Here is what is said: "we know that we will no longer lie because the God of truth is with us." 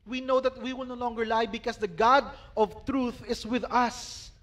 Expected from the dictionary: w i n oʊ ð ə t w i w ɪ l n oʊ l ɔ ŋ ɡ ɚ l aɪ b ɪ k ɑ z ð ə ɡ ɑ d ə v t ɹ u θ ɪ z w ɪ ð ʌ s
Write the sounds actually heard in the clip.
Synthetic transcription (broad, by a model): w i n oʊ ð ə t w i w ɪ l n oʊ l ɔ ŋ ɡ ɚ l aɪ b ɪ k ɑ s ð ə ɡ ɑ d ə v t ɹ u θ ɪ s w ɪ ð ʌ s